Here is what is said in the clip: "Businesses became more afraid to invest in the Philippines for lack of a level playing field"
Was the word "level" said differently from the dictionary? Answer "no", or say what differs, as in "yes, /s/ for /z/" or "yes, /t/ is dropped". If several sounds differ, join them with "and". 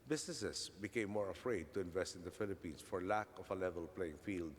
no